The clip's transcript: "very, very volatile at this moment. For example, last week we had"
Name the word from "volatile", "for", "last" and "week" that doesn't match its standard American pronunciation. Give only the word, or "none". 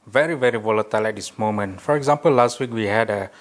none